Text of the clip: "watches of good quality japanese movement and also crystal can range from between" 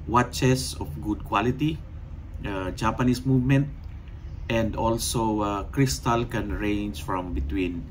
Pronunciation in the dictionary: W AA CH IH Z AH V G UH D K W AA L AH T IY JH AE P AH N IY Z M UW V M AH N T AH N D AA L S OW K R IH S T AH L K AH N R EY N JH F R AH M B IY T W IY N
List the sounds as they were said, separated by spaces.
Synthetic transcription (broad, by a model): W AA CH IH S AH F G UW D K W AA L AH T IY JH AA P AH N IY S M UW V M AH N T AH N D AA L S OW K R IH S T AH L K AH N R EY N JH F R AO M B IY T W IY N